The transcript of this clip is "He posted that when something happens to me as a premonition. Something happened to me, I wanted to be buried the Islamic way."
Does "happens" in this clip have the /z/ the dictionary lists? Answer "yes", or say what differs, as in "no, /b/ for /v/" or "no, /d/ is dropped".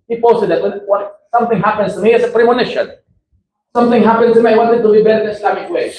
no, /s/ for /z/